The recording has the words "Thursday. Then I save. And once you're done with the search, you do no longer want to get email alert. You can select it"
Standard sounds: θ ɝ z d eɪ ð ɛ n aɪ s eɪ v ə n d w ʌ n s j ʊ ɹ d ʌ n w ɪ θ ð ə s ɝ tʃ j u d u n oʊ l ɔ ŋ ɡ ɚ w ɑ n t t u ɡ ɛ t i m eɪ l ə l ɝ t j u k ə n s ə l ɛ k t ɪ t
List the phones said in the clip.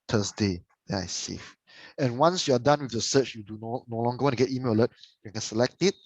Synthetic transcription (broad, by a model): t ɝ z d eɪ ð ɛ ɪ s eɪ f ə n w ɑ n s j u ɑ d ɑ n w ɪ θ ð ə s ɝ tʃ j u d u n oʊ l ɔ ŋ ɡ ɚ w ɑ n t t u ɡ ɛ t i m eɪ l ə l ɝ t j u k ə n s ə l ɛ k t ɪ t